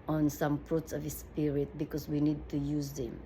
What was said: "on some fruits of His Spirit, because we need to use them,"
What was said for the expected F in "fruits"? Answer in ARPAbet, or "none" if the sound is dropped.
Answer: P